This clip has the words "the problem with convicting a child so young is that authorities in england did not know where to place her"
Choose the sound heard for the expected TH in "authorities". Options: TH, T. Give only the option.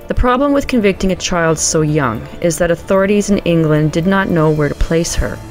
TH